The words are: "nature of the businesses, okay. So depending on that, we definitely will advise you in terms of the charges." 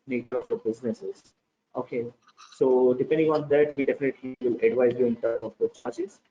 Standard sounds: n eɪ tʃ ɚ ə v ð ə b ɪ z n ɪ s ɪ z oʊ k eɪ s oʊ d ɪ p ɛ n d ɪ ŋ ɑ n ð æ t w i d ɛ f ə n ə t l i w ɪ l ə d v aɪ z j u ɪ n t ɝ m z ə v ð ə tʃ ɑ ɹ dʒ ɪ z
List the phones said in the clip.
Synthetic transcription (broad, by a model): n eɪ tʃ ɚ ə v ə b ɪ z n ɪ s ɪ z oʊ k eɪ s oʊ d ɪ p ɛ n d ɪ ŋ ɑ n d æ t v i d ɛ f ə n ə t l i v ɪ l ə d v aɪ z j u ɪ n t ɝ m ə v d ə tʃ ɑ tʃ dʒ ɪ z